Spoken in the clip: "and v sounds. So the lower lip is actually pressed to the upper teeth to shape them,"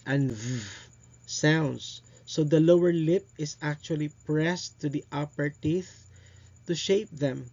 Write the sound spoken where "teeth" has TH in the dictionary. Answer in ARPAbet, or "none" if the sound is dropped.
TH